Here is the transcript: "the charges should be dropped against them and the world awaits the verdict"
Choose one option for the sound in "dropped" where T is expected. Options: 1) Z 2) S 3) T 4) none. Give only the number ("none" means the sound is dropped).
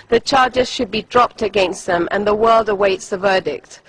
3